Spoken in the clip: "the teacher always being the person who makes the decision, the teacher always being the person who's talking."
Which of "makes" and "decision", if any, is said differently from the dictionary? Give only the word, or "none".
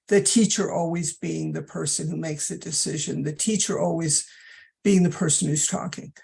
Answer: none